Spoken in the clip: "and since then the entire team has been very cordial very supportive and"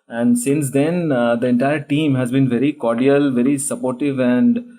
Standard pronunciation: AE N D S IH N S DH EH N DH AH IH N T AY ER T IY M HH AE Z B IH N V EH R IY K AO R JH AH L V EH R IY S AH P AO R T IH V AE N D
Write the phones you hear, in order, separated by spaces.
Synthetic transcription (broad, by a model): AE N D S IH N S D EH N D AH IH N T AY ER T IY M HH AE Z B IH N V EH R IY K AO R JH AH L V EH R IY S AH P AO R T IH V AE N D